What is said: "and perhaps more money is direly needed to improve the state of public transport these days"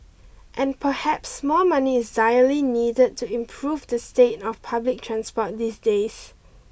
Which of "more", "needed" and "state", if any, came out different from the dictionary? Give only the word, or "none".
more